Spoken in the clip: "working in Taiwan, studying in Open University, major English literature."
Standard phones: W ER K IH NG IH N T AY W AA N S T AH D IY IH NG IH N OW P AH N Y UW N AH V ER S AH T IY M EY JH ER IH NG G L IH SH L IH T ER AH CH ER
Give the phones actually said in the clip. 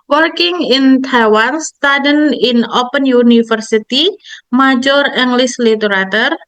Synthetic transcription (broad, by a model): W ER K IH NG IH N T AY W AA N S T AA D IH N IH N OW P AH N Y UW N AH F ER S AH T IY M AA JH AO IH NG G L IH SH L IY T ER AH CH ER